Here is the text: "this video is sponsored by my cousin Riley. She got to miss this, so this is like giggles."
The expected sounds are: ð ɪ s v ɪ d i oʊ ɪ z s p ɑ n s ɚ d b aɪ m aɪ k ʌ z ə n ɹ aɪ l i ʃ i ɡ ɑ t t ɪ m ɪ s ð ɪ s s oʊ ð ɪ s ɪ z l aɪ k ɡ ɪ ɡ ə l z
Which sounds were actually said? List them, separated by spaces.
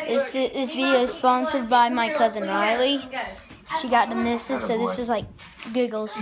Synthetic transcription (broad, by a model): ð ɪ s v ɪ d i oʊ ɪ z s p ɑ n s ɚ d b aɪ m aɪ k ʌ z ə n ɹ aɪ l i ʃ i ɡ ɑ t t ɪ m ɪ s ð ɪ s s oʊ ð ɪ s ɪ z l aɪ k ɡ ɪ ɡ l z